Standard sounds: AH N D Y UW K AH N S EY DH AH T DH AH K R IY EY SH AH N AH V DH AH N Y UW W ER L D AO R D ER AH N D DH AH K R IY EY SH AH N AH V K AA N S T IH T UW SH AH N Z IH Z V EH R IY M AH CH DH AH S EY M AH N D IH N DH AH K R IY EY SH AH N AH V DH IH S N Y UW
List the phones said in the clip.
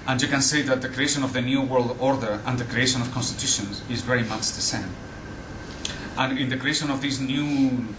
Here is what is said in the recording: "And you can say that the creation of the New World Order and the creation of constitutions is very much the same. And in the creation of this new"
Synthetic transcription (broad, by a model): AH N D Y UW K AH N S EY DH AH T DH AH K R IY EY SH AH N AH V DH AH N Y UW W ER L D AO R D ER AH N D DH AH K R IY EY SH AH N AH V K AA N S T IH T UW SH AH N Z IH Z V EH R IY M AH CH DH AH S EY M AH N IH N DH AH K R IY EY SH AH N AH V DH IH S N Y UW